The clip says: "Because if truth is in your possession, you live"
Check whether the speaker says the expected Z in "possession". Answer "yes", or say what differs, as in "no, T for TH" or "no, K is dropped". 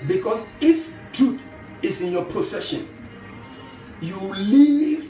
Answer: no, S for Z